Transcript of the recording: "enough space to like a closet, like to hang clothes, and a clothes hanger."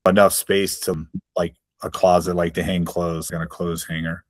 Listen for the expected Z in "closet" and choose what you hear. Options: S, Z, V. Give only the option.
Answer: Z